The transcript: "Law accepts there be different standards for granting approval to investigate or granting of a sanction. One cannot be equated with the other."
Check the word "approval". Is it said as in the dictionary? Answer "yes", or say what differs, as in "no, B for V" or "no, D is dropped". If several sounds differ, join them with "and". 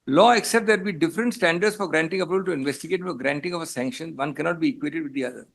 no, R is dropped and B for V